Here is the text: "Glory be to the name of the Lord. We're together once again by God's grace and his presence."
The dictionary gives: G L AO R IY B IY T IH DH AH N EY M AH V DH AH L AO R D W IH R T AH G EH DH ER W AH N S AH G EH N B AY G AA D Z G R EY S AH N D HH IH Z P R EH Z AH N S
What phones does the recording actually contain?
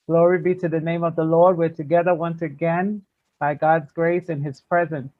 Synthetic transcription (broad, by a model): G L AO R IY B IY T IH DH AH N EY M AH V DH AH L AO R D W IH R T AH G EH DH ER W AH N S AH G EH N B AY G AA D Z G R EY S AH N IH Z P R EH Z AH N S